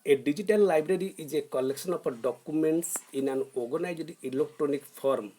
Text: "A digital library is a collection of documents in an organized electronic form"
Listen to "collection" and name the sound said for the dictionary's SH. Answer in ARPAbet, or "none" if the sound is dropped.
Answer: S